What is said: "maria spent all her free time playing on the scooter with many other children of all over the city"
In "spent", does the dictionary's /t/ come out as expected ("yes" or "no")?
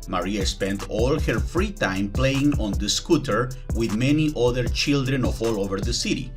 yes